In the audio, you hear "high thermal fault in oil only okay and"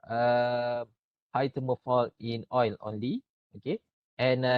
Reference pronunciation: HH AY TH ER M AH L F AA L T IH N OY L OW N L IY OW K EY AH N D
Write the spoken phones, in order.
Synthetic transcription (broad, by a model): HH AY T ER M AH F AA L IH N OY L OW N L IY OW K EY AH N